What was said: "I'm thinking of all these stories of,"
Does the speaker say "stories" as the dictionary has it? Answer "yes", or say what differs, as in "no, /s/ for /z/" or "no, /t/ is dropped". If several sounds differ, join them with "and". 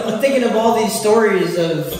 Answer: yes